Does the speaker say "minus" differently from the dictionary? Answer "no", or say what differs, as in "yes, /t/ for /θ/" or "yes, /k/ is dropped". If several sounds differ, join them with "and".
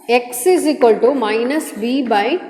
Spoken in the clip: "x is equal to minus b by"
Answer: no